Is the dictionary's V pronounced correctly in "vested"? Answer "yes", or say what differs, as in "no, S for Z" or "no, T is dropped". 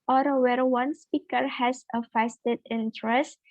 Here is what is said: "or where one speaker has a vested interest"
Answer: no, F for V